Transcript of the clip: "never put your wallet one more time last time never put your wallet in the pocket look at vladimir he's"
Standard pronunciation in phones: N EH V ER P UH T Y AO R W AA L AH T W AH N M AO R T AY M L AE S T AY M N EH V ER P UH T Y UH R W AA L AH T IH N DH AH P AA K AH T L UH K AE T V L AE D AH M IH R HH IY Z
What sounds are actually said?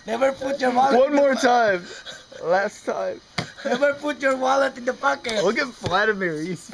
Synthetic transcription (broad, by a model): N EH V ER P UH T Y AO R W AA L W AH N M AO R T AY M L AE S T AY M N EH V ER P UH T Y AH R W AA L AH T IH N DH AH P AA K AH T W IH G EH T F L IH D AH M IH R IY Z